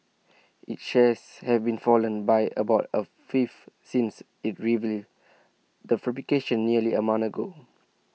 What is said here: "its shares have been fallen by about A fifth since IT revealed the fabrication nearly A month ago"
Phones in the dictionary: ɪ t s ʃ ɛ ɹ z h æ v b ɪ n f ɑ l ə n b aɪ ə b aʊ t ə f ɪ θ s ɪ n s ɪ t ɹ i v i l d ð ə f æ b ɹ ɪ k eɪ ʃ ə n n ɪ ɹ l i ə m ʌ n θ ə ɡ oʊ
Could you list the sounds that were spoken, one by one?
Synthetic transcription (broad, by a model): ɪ t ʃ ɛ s h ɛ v b ɪ n f ɑ l ə n b aɪ ə b aʊ t ə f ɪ f s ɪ n s ɪ t ɹ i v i d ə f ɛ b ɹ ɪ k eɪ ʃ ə n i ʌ l i ə m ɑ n ə ɡ oʊ